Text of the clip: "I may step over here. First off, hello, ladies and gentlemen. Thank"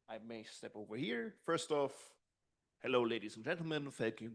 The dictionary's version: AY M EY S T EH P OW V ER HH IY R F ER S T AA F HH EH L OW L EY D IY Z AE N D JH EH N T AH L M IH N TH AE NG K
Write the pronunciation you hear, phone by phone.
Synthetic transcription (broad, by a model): AY M EY S T EH P OW V ER HH IY R F ER S T AA F HH EH L OW L EY D IY Z N JH EH N T L M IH N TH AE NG K